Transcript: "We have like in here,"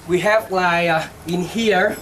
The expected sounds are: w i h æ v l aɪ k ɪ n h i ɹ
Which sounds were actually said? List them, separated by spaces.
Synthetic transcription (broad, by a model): w i h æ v l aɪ ɪ n h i ɹ